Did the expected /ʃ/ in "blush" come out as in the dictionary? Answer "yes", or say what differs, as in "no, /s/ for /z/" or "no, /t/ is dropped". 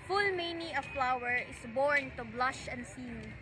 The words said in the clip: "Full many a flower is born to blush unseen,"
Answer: yes